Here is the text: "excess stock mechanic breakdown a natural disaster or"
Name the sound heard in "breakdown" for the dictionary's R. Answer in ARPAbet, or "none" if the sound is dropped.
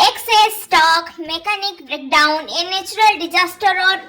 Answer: R